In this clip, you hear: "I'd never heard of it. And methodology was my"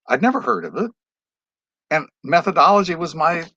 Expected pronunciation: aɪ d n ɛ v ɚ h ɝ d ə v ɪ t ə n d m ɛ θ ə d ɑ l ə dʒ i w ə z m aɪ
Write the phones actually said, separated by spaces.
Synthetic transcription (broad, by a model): aɪ d n ɛ v ɚ h ɝ d ə v ɪ t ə n m ɛ θ ə d ɑ l ə dʒ i w ə z m aɪ